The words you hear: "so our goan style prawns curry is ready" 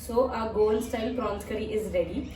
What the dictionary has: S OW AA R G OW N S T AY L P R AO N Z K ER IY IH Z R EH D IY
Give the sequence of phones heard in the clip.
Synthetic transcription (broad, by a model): S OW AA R G OW L S T AY L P R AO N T K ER IY IH Z R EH D IY